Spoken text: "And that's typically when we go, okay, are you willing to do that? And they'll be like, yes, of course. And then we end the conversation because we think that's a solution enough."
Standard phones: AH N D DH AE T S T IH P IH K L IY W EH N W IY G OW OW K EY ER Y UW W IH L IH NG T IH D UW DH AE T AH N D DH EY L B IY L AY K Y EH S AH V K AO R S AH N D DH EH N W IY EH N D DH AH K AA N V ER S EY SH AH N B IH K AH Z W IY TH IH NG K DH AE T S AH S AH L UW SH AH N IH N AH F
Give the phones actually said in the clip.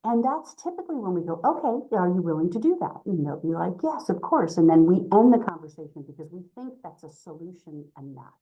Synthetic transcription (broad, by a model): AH N DH AE T S T IH P IH K L IY W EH N W IY G OW OW K EY ER Y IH W IH L IH NG T IH D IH DH AE T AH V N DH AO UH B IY L AY K Y EH S AH V K AO R S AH N DH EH N W IY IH N DH AH K AA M V ER S EY SH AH N B IH K AH Z W IY TH IH NG K DH AE T S AH S AH L UW SH AH N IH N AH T